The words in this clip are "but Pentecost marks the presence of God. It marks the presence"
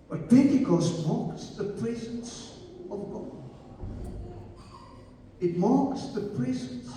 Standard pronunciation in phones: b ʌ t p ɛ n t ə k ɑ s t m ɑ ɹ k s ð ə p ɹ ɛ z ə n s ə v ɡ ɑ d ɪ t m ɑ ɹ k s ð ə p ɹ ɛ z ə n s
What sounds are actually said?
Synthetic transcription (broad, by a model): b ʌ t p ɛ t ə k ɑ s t m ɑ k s ð ə p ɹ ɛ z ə n s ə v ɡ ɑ ɪ t m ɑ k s ð ə p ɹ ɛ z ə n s